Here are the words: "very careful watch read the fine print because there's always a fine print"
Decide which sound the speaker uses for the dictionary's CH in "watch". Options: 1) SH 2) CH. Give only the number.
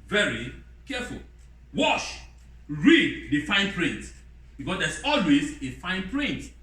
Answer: 1